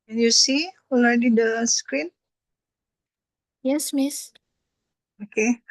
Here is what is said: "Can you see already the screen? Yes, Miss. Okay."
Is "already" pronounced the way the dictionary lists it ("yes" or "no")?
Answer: no